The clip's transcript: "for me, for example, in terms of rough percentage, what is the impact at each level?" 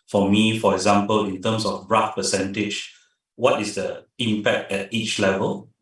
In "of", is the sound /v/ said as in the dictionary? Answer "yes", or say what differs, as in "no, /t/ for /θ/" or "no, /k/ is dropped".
no, /b/ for /v/